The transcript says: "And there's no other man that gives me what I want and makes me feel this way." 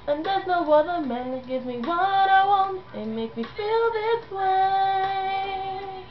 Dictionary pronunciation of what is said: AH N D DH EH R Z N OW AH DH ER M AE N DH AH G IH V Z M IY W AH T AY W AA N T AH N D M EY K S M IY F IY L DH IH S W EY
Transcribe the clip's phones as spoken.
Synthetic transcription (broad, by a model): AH N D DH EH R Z N OW AH DH ER M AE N G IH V M IY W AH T AY W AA N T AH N M EY K M IY F IY L DH IH S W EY